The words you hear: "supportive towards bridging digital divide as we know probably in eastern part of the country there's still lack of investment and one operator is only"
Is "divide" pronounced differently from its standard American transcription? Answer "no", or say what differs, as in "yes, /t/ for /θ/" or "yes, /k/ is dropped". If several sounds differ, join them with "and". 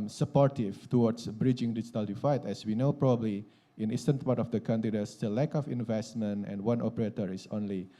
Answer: yes, /f/ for /v/